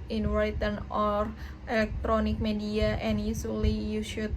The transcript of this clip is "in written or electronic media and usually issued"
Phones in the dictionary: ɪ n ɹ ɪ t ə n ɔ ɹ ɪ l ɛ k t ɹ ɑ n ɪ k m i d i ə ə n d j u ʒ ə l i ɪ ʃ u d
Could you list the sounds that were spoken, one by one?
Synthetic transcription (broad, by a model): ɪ n w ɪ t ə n ɔ ɹ ɪ l ɛ k t ɹ ɑ n ɪ k m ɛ d i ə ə n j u s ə l i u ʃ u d